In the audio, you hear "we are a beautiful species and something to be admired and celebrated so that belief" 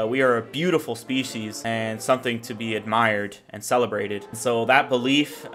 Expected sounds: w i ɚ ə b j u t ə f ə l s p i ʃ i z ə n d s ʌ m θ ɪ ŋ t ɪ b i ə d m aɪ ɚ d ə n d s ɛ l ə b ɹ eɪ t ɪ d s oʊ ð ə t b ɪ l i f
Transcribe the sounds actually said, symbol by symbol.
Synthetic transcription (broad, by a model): w i ɚ ə b j u t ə f l s p i ʃ i z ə n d s ʌ m θ ɪ ŋ t ɪ b i ə d m aɪ ɚ d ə n s ɛ l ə b ɹ eɪ t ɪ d s oʊ ð ə t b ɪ l i f